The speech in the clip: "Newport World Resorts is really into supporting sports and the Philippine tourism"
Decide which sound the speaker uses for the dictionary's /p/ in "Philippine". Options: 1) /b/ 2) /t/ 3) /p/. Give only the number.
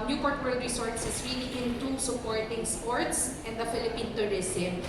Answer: 3